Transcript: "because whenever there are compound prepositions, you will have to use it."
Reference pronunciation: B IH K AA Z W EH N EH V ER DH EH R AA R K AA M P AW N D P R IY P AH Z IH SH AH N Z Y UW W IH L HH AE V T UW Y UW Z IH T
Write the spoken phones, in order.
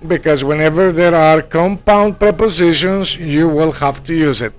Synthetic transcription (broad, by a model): B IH K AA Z W EH N EH V ER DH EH R AA R K AA M P AW N D P R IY P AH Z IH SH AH N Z Y UW W IH L HH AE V T UW Y UW Z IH T